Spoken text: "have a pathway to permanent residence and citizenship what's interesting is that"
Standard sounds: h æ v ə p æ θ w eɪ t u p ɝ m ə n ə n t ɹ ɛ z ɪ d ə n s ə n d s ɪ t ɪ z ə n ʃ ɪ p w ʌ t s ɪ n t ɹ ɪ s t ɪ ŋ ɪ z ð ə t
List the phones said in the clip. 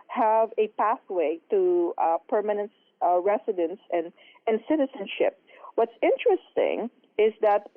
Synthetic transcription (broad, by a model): h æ v ə p æ θ w eɪ t u p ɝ m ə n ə n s ɹ ɛ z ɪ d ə n s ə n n s ɪ t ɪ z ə n ʃ ɪ p w ʌ t s ɪ n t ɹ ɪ s t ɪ ŋ ɪ z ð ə t